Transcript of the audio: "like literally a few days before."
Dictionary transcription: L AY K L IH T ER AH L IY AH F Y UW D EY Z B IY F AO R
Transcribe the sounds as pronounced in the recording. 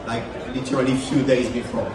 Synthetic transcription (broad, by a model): L AY K L IH T ER AH L IY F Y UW D EY Z B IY F AO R